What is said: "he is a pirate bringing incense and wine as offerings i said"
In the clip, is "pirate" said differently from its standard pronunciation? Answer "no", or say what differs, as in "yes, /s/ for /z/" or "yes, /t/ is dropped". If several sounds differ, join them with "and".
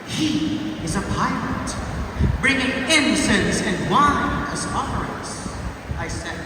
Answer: yes, /l/ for /ɹ/